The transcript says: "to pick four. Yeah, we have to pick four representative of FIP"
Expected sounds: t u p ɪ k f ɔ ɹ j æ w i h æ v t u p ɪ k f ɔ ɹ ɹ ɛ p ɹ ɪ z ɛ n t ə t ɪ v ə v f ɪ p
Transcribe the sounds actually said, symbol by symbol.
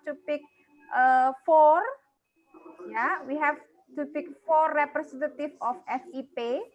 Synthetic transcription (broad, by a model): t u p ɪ k f ɔ ɹ j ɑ w i h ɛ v t u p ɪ k f ɔ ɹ ɹ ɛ p ɹ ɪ s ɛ n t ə t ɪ f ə f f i p